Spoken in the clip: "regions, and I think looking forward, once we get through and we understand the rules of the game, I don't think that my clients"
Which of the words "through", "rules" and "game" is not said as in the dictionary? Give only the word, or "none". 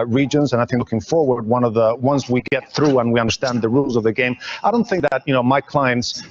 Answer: none